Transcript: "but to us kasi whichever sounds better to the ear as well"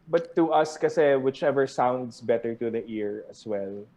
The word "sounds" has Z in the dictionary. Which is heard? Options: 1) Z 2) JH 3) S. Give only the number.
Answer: 3